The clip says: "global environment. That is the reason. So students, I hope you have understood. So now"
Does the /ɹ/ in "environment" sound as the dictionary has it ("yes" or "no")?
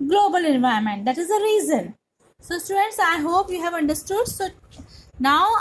no